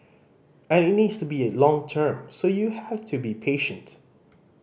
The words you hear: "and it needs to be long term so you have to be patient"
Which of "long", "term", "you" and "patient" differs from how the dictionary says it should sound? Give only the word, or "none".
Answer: none